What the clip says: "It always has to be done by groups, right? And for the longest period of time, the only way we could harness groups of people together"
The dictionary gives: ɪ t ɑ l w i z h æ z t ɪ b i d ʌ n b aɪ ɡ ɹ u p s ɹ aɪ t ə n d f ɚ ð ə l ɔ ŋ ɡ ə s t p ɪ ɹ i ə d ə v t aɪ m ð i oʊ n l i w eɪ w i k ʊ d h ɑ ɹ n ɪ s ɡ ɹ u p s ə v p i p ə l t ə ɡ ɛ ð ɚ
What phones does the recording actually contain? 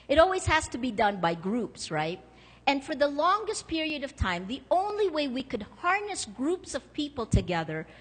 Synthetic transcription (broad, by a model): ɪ t ɑ l w i z h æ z t ɪ b i d ʌ n b aɪ ɡ ɹ u p s ɹ aɪ t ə n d f ɚ ð ə l ɔ ŋ ɡ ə s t p ɪ ɹ i ə d ə v t aɪ m ð i oʊ n l i w eɪ w i k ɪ d h ɑ ɹ n ɪ s ɡ ɹ u p s ə v p i p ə l t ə ɡ ɛ ð ɚ